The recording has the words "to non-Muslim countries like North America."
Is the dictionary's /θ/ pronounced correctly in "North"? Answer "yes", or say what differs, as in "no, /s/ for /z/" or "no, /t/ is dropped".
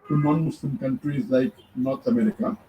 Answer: no, /t/ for /θ/